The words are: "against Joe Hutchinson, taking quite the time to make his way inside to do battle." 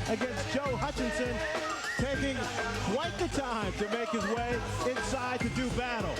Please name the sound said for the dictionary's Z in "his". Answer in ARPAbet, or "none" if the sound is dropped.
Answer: Z